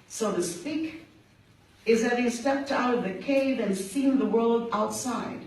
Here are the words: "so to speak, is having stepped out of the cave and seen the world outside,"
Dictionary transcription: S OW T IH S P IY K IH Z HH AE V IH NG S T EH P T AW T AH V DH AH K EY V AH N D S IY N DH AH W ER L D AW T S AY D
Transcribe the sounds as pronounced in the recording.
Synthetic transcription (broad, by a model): S OW T IH S P IY K IH Z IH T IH S T EH P T AW T AH V DH AH K EY V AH N S IY N DH AH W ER L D AW T S AY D